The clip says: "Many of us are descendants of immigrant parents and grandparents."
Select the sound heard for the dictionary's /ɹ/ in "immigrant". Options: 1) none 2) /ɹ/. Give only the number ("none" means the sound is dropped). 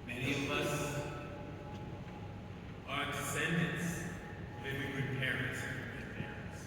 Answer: 1